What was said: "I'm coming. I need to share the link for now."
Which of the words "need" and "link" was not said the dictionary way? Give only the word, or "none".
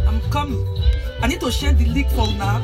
link